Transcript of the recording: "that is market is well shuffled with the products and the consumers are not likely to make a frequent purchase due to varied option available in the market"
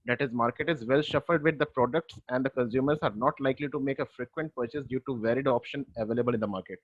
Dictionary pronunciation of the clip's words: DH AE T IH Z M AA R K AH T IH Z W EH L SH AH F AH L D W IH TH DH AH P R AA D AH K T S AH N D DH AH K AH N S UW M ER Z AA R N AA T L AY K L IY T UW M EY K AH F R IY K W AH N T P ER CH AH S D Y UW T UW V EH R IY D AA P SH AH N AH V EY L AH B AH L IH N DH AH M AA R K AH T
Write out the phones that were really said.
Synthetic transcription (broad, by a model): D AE T IH Z M AA R K AH T IH Z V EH L SH AH F AH L D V IH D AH P R AA D AH K T S AH N D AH K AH N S UW M ER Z AA R N AA T L AY K L IY T UW M EY K AH F R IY K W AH N T P ER CH AH S D Y UW T UW V EH R IY D AA P SH AH N AH V EY L AH B AH L IH N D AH M AA R K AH T